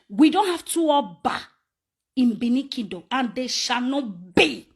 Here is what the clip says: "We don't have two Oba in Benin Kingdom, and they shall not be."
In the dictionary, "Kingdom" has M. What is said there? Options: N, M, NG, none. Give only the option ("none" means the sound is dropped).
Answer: none